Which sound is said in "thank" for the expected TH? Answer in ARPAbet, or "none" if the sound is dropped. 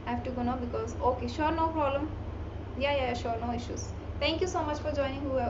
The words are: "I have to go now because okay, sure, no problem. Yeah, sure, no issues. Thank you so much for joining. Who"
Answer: T